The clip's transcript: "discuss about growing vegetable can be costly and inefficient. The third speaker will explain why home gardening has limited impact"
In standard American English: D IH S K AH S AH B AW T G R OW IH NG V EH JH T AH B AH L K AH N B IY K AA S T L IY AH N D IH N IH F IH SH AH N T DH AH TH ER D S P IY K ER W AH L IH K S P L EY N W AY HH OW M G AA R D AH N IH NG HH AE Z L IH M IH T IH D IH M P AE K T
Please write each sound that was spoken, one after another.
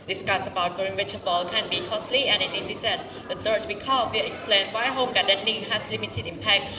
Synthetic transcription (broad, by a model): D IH S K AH S AH B AW T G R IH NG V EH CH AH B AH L K AH N B IY K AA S L IY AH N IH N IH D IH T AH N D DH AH T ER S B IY K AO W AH IH K S P L EY N W AY HH OW M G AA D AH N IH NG HH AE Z L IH M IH T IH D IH M P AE K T